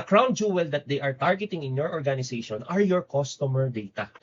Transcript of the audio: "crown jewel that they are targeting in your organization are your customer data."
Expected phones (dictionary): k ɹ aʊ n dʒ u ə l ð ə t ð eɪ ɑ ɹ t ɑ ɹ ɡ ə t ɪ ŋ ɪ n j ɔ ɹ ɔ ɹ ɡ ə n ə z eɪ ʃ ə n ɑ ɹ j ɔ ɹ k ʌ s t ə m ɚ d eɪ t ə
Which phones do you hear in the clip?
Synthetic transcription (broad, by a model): k ɹ aʊ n dʒ u ə l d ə t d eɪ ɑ ɹ t ɑ ɹ ɡ ə t ɪ ŋ ɪ n j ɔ ɹ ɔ ɹ ɡ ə n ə s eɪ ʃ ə n ɑ ɹ j ɔ ɹ k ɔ s t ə m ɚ d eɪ t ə